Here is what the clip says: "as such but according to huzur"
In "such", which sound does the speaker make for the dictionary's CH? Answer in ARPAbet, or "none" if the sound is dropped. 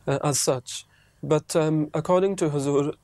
CH